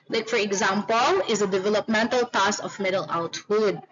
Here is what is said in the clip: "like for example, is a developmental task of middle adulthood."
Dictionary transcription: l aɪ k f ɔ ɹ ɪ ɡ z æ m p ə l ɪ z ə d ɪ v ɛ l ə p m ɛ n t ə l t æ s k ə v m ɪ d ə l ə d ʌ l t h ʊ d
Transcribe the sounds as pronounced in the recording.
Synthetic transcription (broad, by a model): l aɪ k f ɔ ɹ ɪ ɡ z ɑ m p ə l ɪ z ə d ɪ v ɛ l ə p m ɛ n t ə l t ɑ s ə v m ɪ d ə l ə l t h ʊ d